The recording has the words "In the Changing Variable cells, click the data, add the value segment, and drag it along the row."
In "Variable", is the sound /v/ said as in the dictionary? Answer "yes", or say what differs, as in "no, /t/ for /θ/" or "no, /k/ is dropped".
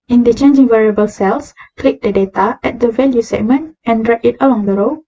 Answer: yes